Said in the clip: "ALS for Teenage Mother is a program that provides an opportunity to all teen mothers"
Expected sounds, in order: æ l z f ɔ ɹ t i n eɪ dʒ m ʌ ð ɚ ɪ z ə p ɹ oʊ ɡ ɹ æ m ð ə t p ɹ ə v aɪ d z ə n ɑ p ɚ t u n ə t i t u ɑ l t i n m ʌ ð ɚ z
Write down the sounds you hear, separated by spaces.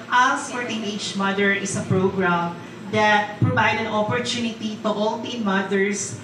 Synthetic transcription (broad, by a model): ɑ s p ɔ ɹ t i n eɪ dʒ m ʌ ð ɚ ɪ s ə p ɹ oʊ ɡ ɹ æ m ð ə t p ɹ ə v aɪ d ə n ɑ p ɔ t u n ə t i t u ɑ l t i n m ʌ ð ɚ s